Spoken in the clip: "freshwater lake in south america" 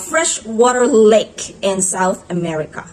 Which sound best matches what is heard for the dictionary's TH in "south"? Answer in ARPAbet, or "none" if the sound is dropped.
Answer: TH